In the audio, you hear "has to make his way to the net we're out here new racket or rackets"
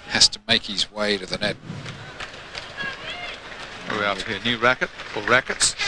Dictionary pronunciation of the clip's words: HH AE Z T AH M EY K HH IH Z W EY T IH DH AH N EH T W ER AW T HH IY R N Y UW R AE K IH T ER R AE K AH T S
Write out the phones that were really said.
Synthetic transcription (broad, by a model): HH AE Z T AH M EY K HH IH Z W EY T IH DH AH N EH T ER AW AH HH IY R N Y UW R AE K IH T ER R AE K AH T S